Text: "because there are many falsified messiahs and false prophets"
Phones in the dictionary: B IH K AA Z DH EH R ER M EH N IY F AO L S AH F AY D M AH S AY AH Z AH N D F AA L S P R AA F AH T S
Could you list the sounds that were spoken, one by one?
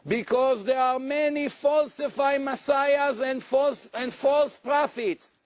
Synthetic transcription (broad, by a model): B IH K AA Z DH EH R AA M EH N IY F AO L S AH F AY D M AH S AY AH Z AH N D F AA L S P R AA F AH T S